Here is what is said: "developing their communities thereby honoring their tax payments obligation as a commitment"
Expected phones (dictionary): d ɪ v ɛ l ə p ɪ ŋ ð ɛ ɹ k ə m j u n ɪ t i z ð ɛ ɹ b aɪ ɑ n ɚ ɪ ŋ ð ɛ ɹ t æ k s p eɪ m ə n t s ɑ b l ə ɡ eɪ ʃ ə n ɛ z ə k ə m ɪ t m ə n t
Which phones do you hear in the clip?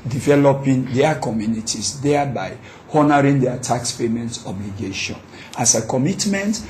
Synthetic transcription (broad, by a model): d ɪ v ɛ l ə p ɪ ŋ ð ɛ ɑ k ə m j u n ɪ t i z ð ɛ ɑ b aɪ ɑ n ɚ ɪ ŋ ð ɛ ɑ t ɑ k s p eɪ m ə n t ɑ b l ə ɡ eɪ ʃ ə n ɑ s ə k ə m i t m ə n t